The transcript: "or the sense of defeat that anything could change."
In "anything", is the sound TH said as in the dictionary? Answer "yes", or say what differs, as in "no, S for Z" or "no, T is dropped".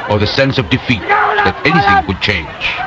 yes